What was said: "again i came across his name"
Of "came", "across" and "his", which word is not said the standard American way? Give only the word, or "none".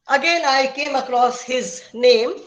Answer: none